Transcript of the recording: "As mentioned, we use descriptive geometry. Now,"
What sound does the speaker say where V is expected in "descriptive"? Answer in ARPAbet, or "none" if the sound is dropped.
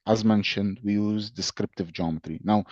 V